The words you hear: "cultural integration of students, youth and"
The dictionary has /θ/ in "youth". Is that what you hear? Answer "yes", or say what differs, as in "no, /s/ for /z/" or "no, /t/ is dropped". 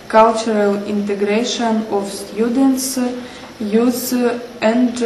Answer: no, /s/ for /θ/